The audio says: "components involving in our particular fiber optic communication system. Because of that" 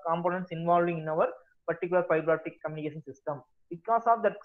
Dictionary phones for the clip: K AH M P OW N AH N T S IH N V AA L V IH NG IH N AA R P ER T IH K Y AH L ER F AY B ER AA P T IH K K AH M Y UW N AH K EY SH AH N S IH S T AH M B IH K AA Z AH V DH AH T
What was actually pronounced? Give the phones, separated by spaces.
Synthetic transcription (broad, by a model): K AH M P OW N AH N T S IH N V AA L V IH NG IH N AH R P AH T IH K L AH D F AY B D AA T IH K K AH M Y UW N AH K EY SH AH N S IH S T AH M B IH K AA S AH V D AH T